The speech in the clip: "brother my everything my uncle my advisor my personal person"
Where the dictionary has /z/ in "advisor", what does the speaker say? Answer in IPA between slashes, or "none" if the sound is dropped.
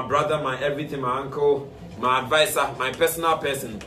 /s/